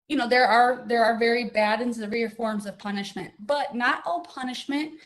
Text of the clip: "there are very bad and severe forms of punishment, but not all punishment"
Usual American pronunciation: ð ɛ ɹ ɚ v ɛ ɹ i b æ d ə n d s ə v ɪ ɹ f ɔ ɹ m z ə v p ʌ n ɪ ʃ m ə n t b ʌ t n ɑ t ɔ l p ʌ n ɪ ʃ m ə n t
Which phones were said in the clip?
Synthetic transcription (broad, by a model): ð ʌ ɹ ɚ v ɛ ɹ i b æ d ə n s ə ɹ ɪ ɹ f ɔ ɹ m z ə v p ʌ n ɪ ʃ m ə n t b ʌ t n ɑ t ɔ l p ʌ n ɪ ʃ m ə n t